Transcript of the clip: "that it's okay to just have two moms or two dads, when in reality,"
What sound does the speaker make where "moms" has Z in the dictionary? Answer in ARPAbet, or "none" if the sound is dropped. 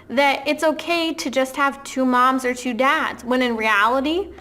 Z